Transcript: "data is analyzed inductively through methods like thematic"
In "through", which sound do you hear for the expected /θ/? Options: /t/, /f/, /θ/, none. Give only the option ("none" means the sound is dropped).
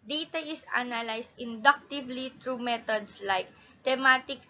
/t/